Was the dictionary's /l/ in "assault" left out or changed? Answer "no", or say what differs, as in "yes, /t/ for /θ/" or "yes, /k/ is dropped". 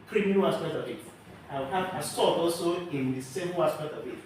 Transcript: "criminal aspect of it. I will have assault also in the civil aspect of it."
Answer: yes, /l/ is dropped